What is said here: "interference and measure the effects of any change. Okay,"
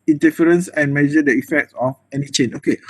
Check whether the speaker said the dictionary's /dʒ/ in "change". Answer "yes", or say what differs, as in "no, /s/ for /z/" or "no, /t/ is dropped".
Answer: no, /dʒ/ is dropped